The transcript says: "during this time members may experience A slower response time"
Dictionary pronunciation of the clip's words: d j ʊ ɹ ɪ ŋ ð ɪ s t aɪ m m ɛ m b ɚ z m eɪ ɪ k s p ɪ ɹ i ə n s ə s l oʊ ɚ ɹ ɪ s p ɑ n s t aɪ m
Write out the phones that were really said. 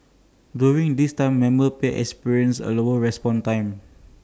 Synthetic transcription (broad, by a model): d j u ɹ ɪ ŋ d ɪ s t aɪ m m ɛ m ɚ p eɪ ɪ k s p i ɹ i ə n s ə l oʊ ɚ ɹ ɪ s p ɑ n t aɪ m